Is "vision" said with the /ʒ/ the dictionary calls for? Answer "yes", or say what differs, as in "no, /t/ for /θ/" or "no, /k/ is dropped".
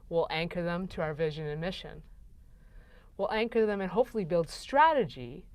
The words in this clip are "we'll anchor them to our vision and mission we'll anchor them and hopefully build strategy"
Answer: yes